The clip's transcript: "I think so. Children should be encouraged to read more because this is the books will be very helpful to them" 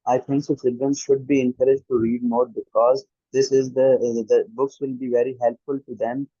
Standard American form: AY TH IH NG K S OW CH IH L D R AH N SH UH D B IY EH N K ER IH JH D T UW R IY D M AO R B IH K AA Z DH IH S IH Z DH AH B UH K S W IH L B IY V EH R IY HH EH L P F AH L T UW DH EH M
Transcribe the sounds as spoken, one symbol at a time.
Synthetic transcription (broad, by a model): AY T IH NG K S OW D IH D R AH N SH UH D B IY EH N K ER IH JH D T UW R IY D M AO R B IH K AA Z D IH S IH Z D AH B UH K S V IH L B IY V EH R IY HH EH L P F AH L T UW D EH M